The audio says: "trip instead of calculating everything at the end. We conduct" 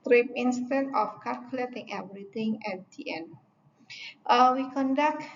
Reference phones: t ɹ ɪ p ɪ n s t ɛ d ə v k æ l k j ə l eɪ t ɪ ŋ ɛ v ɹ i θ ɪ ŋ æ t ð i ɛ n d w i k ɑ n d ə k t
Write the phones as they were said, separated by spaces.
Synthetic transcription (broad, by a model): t ɹ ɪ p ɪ n s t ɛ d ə f k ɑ l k j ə l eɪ t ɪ ŋ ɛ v ɹ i t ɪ ŋ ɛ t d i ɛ n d w i k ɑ n d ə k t